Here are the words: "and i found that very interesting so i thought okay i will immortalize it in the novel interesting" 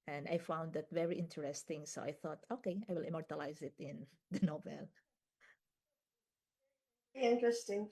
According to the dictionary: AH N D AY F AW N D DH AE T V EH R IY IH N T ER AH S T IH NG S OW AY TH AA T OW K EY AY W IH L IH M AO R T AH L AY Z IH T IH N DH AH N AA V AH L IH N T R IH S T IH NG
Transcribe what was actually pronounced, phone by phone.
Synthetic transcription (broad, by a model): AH N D AY F AW N D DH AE T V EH R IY IH N T ER AH S T IH NG S OW AY TH AA T OW K EY AY W IH L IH M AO R T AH L AY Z IH T IH N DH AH N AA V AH L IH N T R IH S T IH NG